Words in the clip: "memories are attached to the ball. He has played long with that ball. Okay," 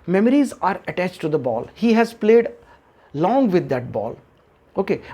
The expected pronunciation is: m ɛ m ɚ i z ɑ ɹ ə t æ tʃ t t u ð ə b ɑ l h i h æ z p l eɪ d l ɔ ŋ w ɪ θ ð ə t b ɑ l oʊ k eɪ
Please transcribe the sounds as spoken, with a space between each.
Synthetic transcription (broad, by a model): m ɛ m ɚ i z ɑ ɹ ə t æ tʃ t t u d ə b ɑ l h i h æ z p l eɪ d l ɔ ŋ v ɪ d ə t b ɑ l oʊ k eɪ